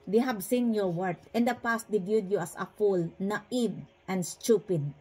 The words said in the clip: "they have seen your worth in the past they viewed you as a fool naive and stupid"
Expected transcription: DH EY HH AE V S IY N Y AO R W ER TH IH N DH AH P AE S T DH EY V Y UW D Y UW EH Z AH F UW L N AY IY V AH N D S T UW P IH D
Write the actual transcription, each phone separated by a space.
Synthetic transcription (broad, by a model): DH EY HH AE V S IY N Y AO R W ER T IH N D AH P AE S T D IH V Y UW D Y UW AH S AH F UW L N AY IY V AH N D S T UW P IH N